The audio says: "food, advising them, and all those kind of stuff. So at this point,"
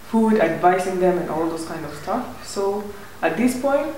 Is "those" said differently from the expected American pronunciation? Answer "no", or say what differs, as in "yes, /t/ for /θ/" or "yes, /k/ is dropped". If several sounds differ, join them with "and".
yes, /s/ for /z/